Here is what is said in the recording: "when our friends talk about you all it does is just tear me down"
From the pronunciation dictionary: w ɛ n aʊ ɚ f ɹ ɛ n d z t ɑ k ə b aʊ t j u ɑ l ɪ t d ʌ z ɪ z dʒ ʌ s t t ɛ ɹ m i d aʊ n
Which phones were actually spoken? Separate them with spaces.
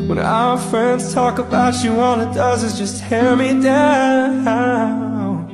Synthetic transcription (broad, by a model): w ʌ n aʊ ɚ f ɹ ɛ n d z t ɑ k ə b aʊ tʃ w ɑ n ɪ t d ʌ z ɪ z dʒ ʌ s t t ɛ ɹ m i d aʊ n